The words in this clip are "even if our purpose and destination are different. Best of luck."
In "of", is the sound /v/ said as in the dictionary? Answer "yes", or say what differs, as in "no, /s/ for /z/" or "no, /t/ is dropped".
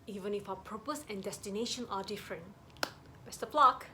no, /p/ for /v/